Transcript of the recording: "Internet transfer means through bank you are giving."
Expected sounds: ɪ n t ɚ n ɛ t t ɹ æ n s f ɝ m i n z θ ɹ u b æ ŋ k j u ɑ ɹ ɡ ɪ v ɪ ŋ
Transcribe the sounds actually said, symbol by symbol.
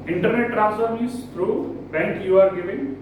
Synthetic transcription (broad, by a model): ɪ n t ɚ n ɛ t t ɹ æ s ɝ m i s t ɹ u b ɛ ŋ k j u ɑ ɹ ɡ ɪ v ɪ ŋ